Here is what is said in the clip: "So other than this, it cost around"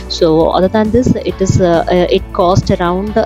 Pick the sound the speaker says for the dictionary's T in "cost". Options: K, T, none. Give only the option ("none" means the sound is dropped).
T